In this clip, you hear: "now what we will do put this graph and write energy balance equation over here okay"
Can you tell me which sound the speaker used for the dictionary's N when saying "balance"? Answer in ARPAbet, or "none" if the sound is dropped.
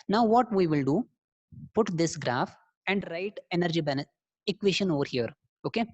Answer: none